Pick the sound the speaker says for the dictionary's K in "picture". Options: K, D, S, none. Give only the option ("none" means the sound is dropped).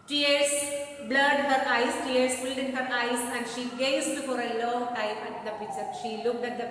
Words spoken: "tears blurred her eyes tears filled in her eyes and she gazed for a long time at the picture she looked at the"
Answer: none